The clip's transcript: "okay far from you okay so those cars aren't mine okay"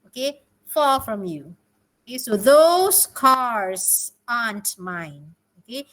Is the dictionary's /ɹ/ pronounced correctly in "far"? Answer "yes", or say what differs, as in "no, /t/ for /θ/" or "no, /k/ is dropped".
no, /l/ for /ɹ/